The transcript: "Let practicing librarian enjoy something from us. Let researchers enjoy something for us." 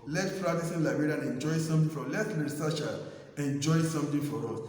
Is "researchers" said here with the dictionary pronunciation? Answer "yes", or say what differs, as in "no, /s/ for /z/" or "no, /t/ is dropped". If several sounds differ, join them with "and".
no, /z/ is dropped